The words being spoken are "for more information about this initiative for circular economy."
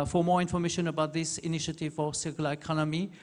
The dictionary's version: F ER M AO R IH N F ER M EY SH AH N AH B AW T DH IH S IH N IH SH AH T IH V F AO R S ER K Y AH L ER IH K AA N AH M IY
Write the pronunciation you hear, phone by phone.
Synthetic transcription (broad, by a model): F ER M AO R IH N F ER M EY SH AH N AH B AW T DH IH S IH N IH SH AH T IH V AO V S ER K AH L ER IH K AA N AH M IY